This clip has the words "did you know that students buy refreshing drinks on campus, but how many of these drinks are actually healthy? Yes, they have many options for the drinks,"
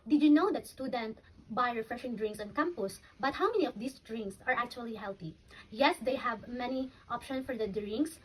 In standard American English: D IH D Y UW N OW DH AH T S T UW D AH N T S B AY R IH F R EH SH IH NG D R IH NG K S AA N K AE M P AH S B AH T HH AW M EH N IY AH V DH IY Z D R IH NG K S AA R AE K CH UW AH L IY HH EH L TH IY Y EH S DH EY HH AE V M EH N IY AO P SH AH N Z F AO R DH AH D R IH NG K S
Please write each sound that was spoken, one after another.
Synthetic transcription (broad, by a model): D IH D Y UW N OW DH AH T S T UW D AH N T B AY R IH F R EH SH IH NG D R IH NG K S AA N K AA M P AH S B AH T HH AW M EH N IY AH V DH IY S D R IH NG K S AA R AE K CH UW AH L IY HH EH L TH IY Y EH S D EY HH AE V M EH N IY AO P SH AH N S F AO R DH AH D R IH NG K S